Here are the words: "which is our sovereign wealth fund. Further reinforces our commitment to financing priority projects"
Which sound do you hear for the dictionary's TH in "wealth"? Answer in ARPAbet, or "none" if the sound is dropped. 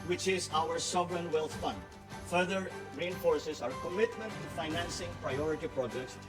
T